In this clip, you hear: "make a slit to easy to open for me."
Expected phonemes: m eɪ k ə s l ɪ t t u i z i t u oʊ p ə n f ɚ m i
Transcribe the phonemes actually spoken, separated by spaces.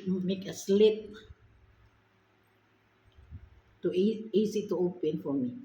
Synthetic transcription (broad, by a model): m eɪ k ə s l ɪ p t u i s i t u oʊ p ə n f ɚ m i